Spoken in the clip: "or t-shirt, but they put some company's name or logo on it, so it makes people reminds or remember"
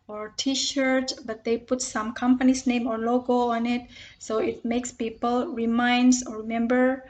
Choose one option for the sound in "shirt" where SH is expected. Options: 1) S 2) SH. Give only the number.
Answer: 2